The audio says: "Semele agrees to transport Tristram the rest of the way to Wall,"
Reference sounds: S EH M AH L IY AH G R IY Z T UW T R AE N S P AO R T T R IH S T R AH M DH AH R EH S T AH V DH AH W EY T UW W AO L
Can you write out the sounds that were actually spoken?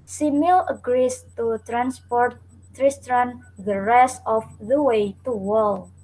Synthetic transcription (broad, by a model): S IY M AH L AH G R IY S T UW T R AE N S P AO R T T R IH S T R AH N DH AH R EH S AH F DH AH W EY T UW W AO L